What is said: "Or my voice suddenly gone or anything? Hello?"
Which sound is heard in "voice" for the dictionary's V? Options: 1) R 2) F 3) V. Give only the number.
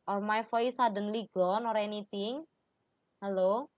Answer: 2